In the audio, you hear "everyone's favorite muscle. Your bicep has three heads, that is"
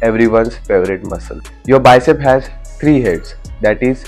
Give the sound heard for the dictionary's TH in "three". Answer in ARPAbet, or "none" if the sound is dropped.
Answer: T